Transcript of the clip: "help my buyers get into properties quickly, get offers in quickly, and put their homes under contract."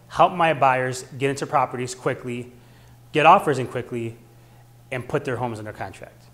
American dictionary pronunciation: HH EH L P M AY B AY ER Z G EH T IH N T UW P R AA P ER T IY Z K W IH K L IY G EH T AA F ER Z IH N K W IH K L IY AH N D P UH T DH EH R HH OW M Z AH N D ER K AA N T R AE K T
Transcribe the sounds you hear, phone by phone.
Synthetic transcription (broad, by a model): HH EH L P M AY B AY ER Z G EH T IH N T UW P R AA P ER T IY Z K W IH K L IY G EH T AA F ER Z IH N K W IH K L IY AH N P UH T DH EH R HH OW M Z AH N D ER K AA N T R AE K T